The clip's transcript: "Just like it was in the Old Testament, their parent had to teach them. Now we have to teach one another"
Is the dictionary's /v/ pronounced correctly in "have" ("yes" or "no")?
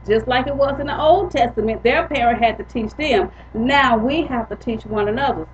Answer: no